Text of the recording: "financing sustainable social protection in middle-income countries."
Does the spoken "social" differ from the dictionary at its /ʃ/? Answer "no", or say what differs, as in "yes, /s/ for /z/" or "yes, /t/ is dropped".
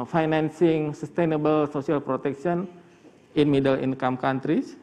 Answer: yes, /s/ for /ʃ/